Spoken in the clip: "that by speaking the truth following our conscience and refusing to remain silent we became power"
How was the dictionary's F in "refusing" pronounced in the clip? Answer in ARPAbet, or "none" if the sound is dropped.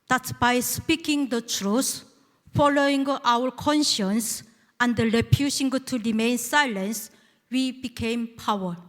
P